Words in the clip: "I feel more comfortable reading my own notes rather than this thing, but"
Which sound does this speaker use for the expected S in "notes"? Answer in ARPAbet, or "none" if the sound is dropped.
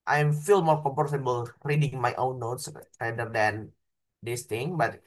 S